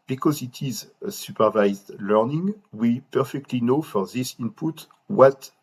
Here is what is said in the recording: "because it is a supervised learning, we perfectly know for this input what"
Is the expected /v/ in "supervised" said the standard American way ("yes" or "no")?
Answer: yes